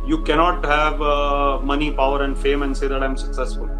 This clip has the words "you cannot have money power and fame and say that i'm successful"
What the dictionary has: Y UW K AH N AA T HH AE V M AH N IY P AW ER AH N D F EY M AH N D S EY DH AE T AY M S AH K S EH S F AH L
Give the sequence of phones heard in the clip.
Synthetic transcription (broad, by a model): Y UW K AH N AA T HH AE V M AH N IY P AW ER AH N D F EY M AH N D S EY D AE T AY M S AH K S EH S F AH L